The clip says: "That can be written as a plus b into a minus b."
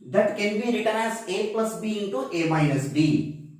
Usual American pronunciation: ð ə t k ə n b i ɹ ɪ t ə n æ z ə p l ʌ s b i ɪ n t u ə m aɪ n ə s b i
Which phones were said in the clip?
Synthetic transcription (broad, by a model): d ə t k ə n b i ɹ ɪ t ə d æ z ə p l ʌ s b i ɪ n t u ə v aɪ ə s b i